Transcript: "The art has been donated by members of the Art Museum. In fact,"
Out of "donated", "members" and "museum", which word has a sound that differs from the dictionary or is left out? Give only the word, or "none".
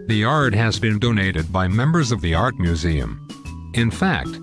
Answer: none